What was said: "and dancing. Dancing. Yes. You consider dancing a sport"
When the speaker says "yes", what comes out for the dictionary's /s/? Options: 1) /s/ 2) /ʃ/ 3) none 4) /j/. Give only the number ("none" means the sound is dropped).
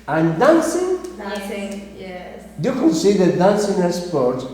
3